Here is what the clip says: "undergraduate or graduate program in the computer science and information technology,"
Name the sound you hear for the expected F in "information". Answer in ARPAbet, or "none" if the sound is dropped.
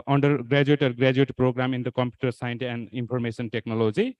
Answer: P